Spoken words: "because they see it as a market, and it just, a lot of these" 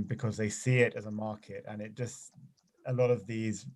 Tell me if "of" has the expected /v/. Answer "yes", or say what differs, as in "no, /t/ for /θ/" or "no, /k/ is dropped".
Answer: yes